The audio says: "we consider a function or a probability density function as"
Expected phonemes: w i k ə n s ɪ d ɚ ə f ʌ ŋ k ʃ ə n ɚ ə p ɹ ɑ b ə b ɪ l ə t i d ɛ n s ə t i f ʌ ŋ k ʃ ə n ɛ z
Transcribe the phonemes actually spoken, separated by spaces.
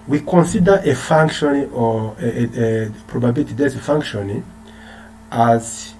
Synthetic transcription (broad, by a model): w i k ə n s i d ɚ ə f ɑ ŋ k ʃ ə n ə p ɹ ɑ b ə b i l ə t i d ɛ s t f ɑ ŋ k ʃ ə n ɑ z